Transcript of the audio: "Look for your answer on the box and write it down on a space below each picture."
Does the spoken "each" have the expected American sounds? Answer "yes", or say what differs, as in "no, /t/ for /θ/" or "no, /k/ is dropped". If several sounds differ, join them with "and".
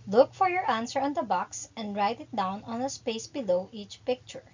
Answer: yes